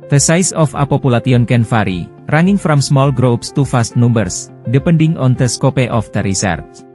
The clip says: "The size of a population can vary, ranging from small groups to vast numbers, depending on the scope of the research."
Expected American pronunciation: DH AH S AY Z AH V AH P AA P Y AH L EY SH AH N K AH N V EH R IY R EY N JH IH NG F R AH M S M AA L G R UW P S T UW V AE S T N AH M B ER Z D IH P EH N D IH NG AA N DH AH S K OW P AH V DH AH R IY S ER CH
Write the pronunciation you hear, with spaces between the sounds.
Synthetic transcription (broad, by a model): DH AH S AY S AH F AH P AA P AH L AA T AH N K AH N F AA R IY R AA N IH NG F R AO M S M AA L G R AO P S T UW F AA S T N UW M B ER S D IH P EH N D IH NG AA N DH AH S K OW P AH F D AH R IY S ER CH